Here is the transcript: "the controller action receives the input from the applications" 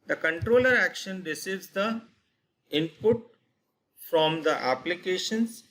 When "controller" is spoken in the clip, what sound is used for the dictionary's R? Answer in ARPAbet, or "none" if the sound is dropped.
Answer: R